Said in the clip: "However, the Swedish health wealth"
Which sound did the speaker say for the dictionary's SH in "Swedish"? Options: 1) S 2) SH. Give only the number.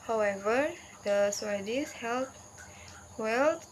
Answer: 1